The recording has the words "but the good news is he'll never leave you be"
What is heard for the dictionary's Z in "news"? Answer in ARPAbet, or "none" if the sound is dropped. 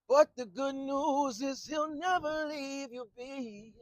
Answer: Z